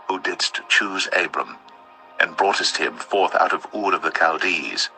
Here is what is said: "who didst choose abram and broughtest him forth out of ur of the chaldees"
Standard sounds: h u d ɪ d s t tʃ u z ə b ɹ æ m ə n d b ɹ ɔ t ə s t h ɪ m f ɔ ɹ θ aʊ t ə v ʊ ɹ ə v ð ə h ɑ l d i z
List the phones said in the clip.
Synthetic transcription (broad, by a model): h u d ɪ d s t tʃ u z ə b ɹ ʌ m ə n b ɹ ɔ t ə s t h ɪ m f ɔ ɹ θ aʊ t ə v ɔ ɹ ə v ð ə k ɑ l d i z